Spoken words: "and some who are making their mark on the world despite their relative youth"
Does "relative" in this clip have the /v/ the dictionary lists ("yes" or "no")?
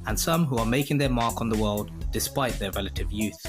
yes